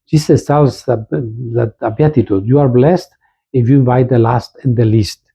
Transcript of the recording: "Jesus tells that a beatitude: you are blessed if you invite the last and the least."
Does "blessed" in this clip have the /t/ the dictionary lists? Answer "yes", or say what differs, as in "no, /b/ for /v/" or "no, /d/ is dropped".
yes